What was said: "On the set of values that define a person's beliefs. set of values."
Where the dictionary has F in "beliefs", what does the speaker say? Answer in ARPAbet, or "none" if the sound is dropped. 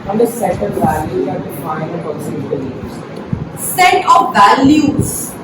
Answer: none